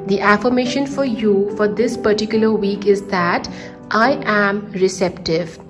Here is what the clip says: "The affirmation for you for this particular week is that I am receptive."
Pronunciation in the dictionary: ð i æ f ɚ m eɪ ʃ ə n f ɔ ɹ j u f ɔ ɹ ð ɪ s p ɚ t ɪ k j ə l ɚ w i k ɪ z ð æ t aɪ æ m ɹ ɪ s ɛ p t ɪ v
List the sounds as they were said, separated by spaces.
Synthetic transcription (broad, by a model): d i æ f ɚ m eɪ ʃ ə n f ɔ ɹ j u f ɔ ɹ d ɪ s p ɚ t ɪ k j ə l ɚ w i k ɪ z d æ t aɪ æ m ɹ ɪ s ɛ p t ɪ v